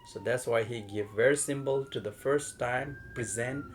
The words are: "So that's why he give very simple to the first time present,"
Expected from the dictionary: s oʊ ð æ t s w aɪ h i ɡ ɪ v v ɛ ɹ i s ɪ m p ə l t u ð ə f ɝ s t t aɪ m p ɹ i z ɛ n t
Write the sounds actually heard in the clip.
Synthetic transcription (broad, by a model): s oʊ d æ t s w aɪ h i ɡ ɪ v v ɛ ɹ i s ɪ m b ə l t u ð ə f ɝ s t t aɪ m p ɹ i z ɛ n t